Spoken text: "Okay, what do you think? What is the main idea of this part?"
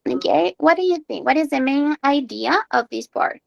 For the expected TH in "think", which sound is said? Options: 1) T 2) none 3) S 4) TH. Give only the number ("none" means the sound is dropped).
4